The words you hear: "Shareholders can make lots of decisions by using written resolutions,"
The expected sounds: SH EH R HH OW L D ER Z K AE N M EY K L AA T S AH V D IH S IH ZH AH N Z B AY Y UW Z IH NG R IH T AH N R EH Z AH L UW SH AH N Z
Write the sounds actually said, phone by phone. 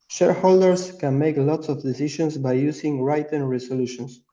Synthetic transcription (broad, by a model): SH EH R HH OW L D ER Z K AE N M EY K L AA T S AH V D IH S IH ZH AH N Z B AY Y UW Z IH NG R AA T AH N R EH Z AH L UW SH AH N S